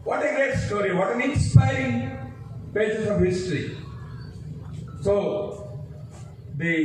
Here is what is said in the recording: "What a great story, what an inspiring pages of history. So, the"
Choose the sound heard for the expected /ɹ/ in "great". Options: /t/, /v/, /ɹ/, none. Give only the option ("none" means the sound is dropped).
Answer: none